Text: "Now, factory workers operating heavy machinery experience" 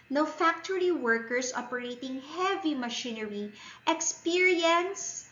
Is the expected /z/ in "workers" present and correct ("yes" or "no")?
no